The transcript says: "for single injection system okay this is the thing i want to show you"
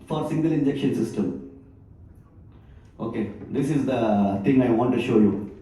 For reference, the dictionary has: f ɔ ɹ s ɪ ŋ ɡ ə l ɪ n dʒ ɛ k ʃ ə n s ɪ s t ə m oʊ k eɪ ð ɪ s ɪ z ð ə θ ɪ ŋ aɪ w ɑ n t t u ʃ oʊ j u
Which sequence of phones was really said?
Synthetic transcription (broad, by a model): f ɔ ɹ s ɪ ŋ ɡ ə l ɪ n dʒ ɛ k ʃ ə n s ɪ s t ə m oʊ k eɪ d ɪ s ɪ z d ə t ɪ ŋ aɪ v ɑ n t t u ʃ oʊ j u